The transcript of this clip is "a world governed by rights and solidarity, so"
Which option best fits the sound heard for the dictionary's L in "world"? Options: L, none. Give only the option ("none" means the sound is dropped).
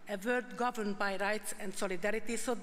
none